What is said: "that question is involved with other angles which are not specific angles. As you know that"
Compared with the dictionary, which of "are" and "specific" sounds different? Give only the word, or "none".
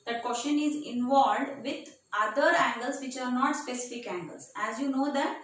none